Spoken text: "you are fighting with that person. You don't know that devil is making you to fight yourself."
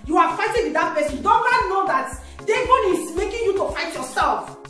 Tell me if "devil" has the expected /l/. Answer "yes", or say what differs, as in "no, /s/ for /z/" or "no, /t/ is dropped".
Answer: no, /n/ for /l/